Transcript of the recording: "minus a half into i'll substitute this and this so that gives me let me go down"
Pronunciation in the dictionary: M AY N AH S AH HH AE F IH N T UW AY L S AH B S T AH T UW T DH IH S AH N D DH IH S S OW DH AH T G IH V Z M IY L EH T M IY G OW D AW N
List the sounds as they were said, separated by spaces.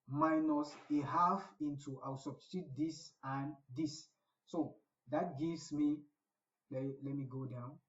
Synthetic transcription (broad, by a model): M AY N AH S AH HH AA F IH N T UW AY W S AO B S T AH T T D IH S AH N D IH S S OW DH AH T G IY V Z M IY L EH T M IY G OW D AW N